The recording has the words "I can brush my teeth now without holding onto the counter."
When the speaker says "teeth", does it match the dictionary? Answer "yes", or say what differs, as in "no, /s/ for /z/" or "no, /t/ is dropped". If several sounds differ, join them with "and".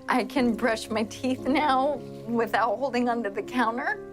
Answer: yes